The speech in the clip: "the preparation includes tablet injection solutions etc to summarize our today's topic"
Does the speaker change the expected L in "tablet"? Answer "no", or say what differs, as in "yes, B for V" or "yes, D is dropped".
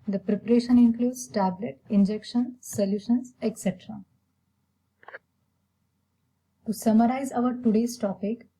no